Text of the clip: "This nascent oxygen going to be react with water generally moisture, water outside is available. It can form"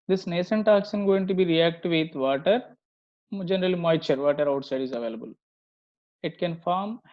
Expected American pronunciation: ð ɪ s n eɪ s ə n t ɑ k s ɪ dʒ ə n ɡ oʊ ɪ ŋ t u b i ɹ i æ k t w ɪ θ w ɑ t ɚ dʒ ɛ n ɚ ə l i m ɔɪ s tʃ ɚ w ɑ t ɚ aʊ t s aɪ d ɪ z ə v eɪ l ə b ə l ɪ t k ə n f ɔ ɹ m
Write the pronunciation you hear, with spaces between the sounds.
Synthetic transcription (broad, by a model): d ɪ s n eɪ s ə n t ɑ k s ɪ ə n ɡ oʊ ɪ ŋ t u b i ɹ i æ k t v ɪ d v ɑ t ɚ dʒ ɛ n ɚ ə l i m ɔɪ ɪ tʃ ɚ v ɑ t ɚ aʊ t s aɪ d ɪ z ə v eɪ l ə b ə l ɪ t k ə n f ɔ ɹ m